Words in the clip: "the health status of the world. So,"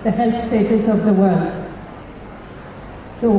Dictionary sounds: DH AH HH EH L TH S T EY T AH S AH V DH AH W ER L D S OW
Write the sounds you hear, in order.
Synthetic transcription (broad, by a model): DH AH HH EH L TH S T EY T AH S AH V DH AH W ER L D S OW